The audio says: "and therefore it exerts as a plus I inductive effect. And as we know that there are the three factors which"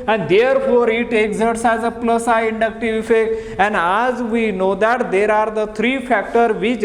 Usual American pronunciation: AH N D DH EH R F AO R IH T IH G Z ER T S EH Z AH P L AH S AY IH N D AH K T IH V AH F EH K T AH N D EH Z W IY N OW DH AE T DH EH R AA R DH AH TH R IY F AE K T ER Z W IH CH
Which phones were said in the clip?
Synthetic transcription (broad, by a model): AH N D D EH R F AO R IH T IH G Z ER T S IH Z AH P L AH S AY IH N D AH K T IH V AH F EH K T AH N D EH Z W IY N OW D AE T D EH R AA R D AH T R IY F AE K T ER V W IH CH